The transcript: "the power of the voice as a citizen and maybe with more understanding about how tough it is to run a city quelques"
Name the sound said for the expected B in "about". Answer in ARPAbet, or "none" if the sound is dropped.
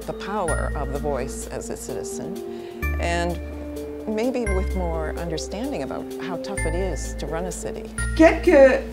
B